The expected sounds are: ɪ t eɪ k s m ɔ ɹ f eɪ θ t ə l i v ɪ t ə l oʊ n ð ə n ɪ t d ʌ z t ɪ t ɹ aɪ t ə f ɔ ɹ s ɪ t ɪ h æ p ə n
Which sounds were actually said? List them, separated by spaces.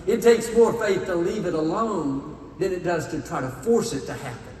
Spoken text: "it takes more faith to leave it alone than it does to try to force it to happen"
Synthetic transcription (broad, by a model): ɪ t eɪ k s m ɔ ɹ f eɪ θ t ə l i v ɪ t ə l oʊ n ð ə n ɪ t d ʌ z t ɪ t ɹ aɪ t ə f ɔ ɹ s ɪ t ɪ h æ p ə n